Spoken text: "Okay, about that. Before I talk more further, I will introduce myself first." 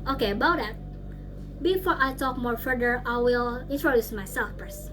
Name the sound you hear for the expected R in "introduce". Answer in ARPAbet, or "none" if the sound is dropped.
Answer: R